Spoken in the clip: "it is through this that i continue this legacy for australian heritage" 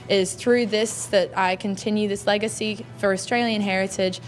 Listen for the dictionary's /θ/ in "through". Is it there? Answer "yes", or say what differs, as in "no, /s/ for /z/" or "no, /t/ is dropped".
yes